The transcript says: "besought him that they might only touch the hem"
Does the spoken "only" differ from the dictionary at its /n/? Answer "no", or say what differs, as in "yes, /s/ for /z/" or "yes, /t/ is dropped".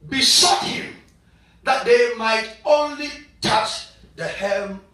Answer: no